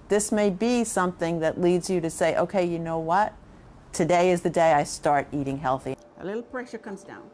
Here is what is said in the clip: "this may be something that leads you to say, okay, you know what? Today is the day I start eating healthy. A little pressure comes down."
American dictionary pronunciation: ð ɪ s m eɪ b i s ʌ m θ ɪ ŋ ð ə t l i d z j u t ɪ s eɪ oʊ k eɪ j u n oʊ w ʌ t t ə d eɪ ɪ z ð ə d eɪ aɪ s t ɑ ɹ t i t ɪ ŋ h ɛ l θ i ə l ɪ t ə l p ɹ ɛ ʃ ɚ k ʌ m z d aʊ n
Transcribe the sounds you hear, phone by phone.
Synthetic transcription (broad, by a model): ð ɪ s m eɪ b i s ʌ m θ ɪ ŋ ð ə t l i d z j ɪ t ɪ s eɪ oʊ k eɪ j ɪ n oʊ w ʌ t t ə d eɪ ɪ z ð ə d eɪ aɪ s t ɑ ɹ t i t ɪ ŋ h ɛ l θ i ə l ɪ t l p ɹ ɛ ʃ ɚ k ʌ m z d aʊ n